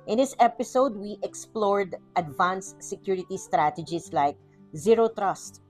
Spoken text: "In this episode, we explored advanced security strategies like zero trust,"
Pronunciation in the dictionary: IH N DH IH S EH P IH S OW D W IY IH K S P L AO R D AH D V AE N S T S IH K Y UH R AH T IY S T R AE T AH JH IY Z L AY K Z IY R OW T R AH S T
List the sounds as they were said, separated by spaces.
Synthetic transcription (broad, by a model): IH N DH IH S EH P IH S OW D W IY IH K S P L AO R D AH D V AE N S S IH K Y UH R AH T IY S T R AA T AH JH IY S L AY K Z IY R OW T R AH S T